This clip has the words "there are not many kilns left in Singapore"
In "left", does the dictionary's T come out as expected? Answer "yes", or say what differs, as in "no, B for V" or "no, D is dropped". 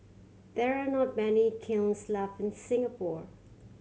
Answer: no, T is dropped